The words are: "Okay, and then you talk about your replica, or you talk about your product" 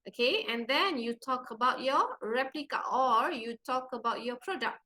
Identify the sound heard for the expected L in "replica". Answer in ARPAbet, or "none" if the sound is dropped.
L